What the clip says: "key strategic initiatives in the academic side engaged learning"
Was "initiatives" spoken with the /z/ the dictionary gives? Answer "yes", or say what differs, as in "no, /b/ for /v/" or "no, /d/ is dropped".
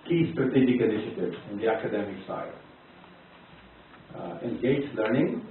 no, /z/ is dropped